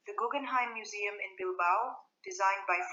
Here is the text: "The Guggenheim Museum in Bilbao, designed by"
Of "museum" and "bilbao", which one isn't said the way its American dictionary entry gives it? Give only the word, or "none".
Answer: none